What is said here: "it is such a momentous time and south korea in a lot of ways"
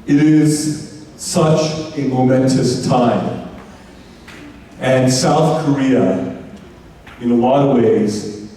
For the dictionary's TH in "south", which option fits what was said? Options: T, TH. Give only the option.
TH